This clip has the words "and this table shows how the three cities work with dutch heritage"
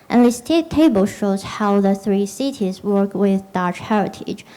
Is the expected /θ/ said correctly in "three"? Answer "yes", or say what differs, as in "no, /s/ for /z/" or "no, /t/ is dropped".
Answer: yes